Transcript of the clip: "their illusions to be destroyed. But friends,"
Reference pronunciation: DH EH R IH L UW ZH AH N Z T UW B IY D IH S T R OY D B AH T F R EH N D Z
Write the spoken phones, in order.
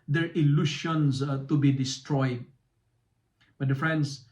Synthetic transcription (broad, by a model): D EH R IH L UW SH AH N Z T UW B IY D IH S T R OY D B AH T F R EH N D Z